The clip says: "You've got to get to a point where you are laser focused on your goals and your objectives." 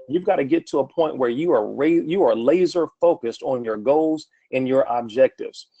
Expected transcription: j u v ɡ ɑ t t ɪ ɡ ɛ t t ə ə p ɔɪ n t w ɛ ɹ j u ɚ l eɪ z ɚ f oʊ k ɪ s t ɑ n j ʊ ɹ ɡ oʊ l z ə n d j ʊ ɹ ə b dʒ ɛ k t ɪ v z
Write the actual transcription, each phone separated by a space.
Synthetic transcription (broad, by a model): j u v ɡ ɑ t t ɪ ɡ ɛ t t ə ə p ɔɪ n t w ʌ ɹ j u ɚ l eɪ z ɚ f oʊ k ɪ s t n j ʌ ɹ ɡ oʊ l z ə n j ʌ ɹ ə b dʒ ɛ k t ɪ v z